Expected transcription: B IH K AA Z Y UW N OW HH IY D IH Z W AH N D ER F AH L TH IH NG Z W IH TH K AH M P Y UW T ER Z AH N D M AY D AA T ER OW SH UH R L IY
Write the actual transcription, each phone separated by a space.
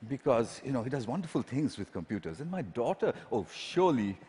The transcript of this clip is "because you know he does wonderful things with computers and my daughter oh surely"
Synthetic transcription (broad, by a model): B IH K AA Z Y UW N OW HH IY D IH Z W AH N D ER F AH L T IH NG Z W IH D K AH M P Y UW T ER Z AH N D M AY D AA T ER OW SH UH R L IY